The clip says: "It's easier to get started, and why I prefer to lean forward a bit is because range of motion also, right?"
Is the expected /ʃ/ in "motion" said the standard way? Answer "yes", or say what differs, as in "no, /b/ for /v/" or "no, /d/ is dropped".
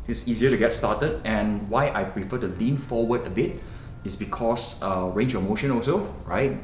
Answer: yes